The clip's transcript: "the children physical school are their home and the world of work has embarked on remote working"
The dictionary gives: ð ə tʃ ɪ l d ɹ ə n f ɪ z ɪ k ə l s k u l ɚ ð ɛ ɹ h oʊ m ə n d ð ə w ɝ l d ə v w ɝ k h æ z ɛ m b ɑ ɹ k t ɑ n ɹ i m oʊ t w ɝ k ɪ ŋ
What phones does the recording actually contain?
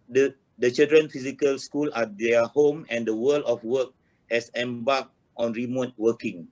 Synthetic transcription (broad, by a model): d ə tʃ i l d ɹ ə n f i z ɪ k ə l s k u l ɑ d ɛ h oʊ m ə n d ə w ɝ l ə f w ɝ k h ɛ s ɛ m b ɑ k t ɑ n ɹ i m oʊ t w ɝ k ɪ ŋ